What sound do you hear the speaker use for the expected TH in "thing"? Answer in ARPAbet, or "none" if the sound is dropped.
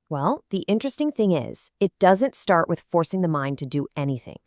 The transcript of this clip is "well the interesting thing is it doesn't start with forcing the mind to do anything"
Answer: TH